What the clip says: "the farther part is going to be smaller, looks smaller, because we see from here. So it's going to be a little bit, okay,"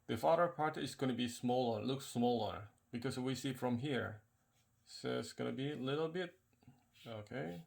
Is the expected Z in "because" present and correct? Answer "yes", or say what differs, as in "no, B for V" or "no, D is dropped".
no, S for Z